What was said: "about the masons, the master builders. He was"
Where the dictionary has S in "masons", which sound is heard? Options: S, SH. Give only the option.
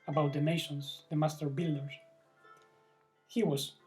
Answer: SH